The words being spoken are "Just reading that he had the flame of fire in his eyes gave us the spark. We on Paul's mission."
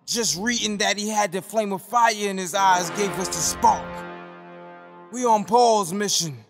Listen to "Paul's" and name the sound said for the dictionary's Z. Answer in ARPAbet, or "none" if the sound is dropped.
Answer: Z